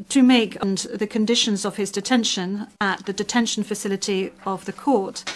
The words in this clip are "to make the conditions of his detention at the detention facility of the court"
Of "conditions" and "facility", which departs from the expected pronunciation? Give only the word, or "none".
none